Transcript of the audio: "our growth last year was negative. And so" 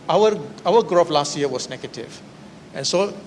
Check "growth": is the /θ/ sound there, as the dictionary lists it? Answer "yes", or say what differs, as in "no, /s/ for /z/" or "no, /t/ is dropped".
no, /f/ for /θ/